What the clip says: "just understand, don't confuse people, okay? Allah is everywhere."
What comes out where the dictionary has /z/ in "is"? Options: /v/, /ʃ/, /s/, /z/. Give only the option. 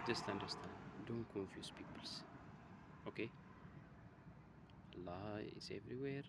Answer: /s/